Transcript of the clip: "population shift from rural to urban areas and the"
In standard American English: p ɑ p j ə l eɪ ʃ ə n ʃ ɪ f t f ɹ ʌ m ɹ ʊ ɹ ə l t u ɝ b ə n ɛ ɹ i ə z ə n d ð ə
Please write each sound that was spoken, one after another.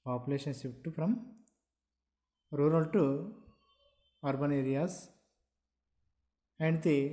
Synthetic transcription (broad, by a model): p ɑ p j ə l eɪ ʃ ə n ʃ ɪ p t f ɹ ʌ m ɹ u ɹ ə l t u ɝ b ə n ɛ ɹ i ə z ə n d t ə